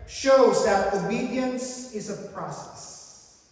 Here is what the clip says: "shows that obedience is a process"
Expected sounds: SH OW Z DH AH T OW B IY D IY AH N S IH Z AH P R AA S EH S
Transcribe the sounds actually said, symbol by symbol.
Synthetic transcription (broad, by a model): SH OW Z DH AH T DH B IY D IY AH N S IH Z AH P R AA S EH S